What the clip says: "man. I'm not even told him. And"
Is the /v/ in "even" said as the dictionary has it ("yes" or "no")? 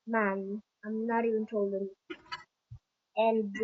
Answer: no